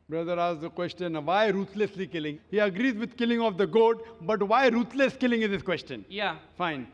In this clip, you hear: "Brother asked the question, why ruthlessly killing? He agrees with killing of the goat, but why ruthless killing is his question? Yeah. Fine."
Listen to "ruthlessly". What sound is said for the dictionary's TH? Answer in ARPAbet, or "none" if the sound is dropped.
T